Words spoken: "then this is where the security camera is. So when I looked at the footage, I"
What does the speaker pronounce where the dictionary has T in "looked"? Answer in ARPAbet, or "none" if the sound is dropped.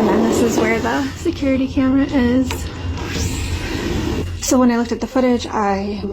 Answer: T